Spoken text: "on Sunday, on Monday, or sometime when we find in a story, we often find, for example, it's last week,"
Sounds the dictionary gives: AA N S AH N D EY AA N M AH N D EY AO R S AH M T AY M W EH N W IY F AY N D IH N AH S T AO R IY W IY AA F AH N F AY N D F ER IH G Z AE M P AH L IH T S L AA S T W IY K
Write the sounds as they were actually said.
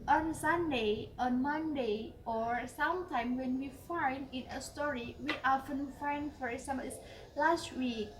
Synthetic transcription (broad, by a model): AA N S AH N D EY AA N M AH N D EY AO R S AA M T AY M W EH N W IY F AY N D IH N AH S T AO R IY W IY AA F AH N F AY N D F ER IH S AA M AH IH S L AA S T W IY K